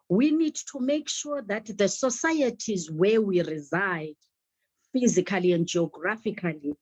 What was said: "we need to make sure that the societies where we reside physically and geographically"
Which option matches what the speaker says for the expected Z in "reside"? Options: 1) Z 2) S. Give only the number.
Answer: 1